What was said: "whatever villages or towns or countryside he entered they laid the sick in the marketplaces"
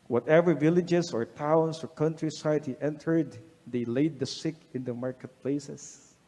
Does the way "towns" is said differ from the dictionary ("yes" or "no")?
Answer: yes